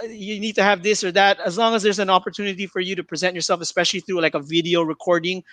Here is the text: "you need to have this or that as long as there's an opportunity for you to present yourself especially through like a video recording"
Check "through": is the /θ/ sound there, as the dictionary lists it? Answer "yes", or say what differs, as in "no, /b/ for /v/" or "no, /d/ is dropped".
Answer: yes